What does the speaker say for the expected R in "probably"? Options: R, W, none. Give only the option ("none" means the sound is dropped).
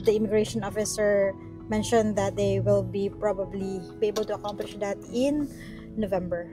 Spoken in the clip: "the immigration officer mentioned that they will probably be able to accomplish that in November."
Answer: R